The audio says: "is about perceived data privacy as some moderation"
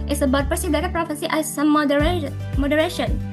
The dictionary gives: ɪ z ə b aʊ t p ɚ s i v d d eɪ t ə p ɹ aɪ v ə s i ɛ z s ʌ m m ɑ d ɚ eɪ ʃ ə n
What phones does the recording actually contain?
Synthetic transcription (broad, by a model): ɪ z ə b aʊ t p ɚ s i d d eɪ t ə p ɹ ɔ f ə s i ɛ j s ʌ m m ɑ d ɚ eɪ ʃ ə n